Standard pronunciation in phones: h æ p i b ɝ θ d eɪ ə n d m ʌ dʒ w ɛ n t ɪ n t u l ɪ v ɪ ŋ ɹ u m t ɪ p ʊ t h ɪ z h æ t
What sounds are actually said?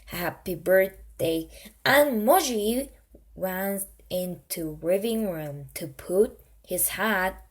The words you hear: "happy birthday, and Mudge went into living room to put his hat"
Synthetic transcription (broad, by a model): h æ p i b ɝ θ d eɪ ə n m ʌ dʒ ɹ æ n ɪ n t u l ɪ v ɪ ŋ ɹ u m t ɪ p ʊ t h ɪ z h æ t